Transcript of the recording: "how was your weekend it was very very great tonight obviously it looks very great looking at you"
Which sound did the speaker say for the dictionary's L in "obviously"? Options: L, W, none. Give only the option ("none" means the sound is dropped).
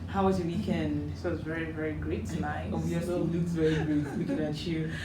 none